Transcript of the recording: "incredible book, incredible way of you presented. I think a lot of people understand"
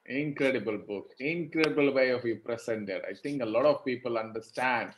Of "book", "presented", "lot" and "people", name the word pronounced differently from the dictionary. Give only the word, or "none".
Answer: presented